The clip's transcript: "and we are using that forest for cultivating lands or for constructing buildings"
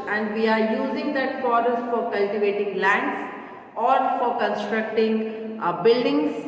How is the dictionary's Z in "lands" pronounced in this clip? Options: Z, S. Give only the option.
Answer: S